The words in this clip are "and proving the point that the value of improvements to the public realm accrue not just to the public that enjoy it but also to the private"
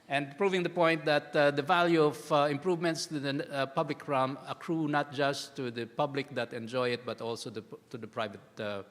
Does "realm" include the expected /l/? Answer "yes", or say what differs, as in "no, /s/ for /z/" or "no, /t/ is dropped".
no, /l/ is dropped